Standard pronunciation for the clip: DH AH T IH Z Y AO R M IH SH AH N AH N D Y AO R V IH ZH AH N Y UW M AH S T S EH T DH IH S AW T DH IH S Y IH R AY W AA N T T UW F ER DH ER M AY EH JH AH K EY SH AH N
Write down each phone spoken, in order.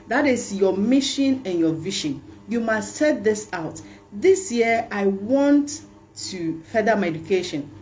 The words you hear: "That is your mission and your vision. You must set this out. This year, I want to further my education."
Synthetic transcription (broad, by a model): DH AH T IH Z Y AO M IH SH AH N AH N Y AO V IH SH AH N Y UW M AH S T S EH T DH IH S AW T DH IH S Y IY AY W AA N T T UW F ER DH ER M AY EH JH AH K EY SH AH N